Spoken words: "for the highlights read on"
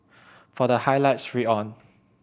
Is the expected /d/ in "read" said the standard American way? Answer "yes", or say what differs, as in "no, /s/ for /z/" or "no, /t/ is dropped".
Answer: no, /d/ is dropped